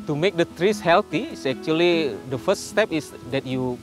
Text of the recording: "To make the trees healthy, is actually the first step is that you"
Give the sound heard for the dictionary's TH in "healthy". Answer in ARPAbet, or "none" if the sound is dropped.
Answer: T